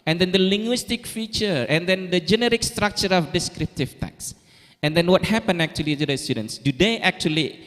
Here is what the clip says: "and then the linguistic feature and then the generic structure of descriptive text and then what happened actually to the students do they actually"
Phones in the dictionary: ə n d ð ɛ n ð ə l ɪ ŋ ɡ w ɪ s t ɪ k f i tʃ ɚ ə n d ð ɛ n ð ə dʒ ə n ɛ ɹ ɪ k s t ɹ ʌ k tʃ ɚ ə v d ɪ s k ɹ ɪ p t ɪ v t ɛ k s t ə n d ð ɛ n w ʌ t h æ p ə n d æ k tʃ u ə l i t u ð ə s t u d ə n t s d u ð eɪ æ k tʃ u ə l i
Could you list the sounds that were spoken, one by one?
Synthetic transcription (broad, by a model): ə n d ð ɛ n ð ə l ɪ ŋ ɡ w ɪ s t ɪ k f i tʃ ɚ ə n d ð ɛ n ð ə dʒ ə n ɛ ɹ ɪ k s t ɹ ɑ k tʃ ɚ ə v d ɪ s k ɹ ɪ p t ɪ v t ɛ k s ə n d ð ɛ n w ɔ t h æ p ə n æ k tʃ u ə l i t u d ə s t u d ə n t s d u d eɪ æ k tʃ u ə l i